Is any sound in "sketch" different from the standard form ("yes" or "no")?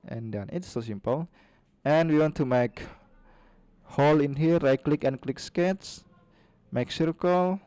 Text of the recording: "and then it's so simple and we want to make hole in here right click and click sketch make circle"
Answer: yes